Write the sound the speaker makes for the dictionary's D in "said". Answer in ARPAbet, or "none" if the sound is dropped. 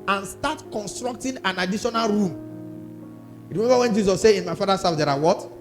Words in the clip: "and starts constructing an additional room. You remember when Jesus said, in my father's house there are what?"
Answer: none